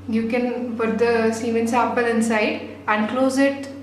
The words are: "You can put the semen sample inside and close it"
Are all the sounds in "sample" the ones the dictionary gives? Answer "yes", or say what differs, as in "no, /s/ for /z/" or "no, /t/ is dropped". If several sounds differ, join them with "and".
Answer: no, /m/ is dropped